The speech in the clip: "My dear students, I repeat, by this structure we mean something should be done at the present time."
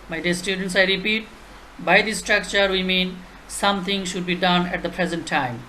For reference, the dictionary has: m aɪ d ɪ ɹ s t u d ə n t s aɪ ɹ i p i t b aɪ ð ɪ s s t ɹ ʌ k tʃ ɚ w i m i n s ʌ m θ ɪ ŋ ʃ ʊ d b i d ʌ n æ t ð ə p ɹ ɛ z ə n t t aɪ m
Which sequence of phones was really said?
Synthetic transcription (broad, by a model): m aɪ d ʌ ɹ s t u d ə n t s aɪ ɹ i p i t b aɪ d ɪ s s t ɹ ʌ k tʃ ɚ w i m i n s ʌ m t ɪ ŋ ʃ ʊ d b i d ʌ n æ t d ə p ɹ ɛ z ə n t t aɪ m